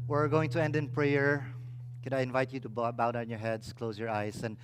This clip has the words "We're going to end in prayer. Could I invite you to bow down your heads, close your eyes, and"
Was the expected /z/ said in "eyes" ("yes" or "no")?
no